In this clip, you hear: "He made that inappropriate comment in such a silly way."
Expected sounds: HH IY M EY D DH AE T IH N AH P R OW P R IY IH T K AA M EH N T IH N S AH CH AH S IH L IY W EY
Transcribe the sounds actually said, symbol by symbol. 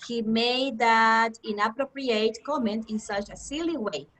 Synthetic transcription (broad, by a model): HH IY M EY D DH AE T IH N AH P R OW P R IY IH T K AA M EH N T IH N S AH CH AH S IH L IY W EY